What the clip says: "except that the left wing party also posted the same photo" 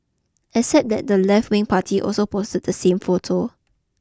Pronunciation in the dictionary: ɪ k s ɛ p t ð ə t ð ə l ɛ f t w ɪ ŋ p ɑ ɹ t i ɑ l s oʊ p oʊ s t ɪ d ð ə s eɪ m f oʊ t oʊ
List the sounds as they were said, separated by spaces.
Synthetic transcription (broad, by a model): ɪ s ɛ t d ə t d ə l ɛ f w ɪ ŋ p ɑ t i ɑ l s oʊ p oʊ s t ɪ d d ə s eɪ m f oʊ t oʊ